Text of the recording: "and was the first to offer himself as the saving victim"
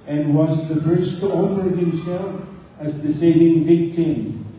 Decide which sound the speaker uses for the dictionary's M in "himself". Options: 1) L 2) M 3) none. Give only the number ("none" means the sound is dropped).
3